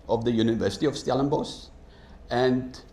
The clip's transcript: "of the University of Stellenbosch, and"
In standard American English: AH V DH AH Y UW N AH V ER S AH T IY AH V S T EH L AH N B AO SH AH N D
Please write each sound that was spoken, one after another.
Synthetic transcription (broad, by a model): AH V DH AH Y UW N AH V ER S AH T IY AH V S T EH L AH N B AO S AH N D